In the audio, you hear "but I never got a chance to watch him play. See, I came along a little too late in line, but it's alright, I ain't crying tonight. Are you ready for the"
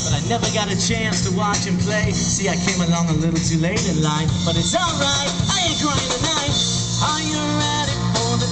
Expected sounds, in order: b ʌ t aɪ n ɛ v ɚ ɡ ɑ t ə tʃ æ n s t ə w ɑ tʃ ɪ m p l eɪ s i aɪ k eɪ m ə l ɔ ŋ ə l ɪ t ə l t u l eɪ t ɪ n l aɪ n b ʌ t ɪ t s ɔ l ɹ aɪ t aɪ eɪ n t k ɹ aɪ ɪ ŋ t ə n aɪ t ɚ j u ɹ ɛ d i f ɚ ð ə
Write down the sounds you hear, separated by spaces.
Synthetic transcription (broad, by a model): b ʌ t aɪ n ɛ v ɚ ɡ ɑ t ə tʃ æ n s t ə w ɑ tʃ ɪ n p l eɪ s i aɪ k eɪ m ə l ɔ ŋ ə l ɪ t l t u l eɪ t ɪ n l aɪ n b ʌ t ɪ t s ɔ l ɹ aɪ t aɪ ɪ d ɹ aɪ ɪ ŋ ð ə n aɪ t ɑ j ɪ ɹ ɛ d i f ɚ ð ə